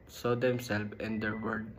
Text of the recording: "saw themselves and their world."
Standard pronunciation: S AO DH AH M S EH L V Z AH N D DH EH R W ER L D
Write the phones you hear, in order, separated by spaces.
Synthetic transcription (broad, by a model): S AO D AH M S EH L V AH N D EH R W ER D